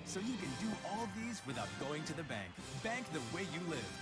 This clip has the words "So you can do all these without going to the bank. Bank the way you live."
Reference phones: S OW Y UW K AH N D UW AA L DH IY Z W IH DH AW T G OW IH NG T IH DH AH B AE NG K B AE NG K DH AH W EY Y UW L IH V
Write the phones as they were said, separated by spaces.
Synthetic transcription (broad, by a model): S OW Y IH K AH N D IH AA L DH IY Z W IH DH AW T G OW IH NG T IH DH AH B AE NG K B AE NG K DH AH W EY Y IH L IH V